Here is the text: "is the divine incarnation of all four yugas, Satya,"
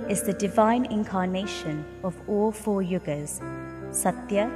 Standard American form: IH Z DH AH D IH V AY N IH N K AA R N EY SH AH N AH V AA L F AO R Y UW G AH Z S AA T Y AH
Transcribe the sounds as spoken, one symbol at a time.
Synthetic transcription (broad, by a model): IH Z DH AH D IH V AY N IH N K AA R N EY SH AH N AH V AA L F AO Y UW G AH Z S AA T Y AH